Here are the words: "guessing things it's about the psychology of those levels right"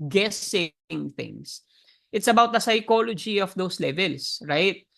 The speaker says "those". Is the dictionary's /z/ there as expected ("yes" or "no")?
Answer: no